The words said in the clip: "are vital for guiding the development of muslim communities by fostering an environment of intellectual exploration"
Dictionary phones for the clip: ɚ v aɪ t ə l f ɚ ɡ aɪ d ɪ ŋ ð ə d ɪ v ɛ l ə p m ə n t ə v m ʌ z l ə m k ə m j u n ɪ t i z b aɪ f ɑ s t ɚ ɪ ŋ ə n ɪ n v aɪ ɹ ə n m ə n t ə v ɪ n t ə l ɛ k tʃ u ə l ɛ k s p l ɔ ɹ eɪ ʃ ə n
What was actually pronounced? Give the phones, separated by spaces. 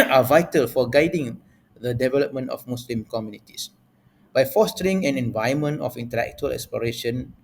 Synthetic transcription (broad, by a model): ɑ v aɪ t ə l f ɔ ɡ aɪ d ɪ ŋ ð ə d ɪ v ɛ l ə p m ə n t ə f m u s l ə m k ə m j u n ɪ t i s b aɪ f ɑ s t ɚ ɪ ŋ ə n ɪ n v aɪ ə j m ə n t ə f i n t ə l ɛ k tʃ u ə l ɛ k s p l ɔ ɹ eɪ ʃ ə n